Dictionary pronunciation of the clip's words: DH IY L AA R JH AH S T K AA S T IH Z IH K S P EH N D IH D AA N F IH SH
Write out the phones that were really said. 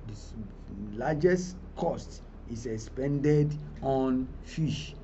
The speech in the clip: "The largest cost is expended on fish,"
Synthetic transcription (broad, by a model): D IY L AA JH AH S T K AA S T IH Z IH K S P EH N D IH D AA N F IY SH